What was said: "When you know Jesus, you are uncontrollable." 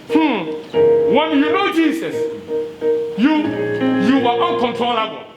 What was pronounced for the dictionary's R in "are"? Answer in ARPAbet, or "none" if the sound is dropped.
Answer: W